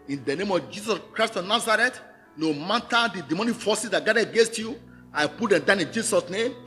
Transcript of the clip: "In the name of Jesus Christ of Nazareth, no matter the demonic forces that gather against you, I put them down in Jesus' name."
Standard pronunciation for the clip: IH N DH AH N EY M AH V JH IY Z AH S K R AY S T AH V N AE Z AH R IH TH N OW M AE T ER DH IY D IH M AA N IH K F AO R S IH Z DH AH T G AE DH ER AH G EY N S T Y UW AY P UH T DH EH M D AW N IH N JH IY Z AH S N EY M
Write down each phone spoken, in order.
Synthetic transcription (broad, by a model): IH N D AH N EY M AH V JH IY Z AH S K R AY S T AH N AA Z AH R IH T N OW M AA T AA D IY D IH M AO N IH F AO S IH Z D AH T G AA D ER AH G EY N S T Y UW AY P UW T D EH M D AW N IH N JH IY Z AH S N EY M